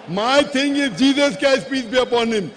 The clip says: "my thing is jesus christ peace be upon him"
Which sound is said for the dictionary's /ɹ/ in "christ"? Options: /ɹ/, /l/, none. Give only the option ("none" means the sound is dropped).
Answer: none